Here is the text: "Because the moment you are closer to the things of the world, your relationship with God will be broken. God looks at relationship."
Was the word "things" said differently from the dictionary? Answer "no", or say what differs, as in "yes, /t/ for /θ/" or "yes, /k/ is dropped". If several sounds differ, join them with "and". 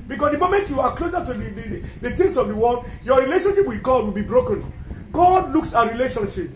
yes, /t/ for /θ/